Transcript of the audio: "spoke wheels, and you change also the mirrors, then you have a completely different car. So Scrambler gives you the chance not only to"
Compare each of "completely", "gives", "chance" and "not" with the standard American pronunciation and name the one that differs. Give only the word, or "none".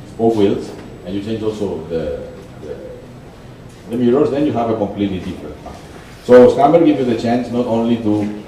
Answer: gives